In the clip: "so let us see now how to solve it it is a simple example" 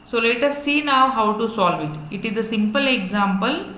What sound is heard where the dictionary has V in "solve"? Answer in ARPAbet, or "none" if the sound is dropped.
V